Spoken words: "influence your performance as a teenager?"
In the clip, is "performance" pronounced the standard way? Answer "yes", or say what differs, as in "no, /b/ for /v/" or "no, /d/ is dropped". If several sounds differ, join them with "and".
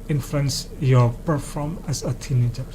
no, /n/ is dropped